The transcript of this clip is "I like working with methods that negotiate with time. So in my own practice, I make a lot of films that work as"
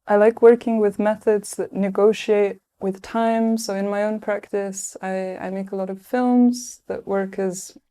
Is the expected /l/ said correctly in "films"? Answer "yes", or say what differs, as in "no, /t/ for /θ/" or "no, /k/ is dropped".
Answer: yes